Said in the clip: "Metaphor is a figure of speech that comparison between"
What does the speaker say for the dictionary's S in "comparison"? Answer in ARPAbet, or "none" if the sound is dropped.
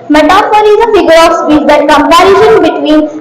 SH